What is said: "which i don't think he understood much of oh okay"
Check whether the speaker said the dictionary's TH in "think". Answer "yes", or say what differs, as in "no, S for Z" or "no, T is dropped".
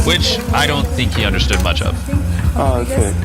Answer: yes